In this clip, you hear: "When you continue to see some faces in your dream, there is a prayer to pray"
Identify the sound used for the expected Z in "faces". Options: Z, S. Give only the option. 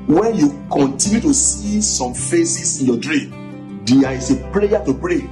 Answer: S